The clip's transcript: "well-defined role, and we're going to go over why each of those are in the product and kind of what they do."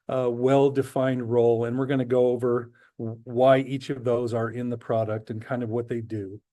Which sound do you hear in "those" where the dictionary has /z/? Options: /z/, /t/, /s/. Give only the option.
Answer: /z/